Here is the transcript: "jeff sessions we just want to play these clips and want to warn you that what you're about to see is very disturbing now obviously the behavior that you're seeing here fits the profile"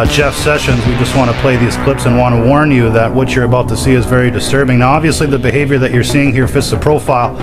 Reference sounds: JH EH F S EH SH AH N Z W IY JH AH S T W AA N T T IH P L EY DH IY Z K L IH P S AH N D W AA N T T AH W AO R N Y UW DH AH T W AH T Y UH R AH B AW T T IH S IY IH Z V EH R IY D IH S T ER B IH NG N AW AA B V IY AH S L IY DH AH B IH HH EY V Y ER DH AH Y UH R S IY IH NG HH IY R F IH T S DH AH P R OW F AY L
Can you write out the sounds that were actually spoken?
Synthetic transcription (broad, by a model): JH EH F S EH SH AH N Z W IY JH AH S T W AA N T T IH P L EY DH IY Z K L IH P S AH N W AA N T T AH W AO R N Y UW DH AH T W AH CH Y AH R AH B AW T T IH S IY IH Z V EH R IY D IH S T ER B IH NG N AW AA B V IY AH S L IY DH AH B IH HH EY V Y ER DH AH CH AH R S IY IH NG HH IY R F IH T S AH P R OW F AY L